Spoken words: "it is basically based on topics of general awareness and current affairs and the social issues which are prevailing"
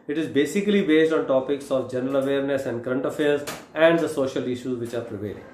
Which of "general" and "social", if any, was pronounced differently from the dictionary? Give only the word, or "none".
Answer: none